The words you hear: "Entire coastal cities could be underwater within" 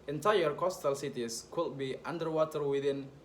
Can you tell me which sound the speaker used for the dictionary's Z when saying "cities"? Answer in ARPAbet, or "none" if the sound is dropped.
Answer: S